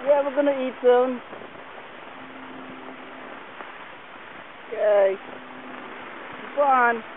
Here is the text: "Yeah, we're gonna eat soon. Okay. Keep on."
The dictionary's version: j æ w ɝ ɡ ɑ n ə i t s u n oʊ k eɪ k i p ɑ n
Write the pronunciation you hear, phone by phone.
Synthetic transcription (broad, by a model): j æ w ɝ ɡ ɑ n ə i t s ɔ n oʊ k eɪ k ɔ ɑ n